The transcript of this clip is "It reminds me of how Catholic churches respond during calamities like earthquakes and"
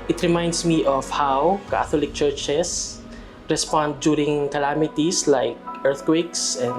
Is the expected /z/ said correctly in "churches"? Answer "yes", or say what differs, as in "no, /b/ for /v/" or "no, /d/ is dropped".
no, /s/ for /z/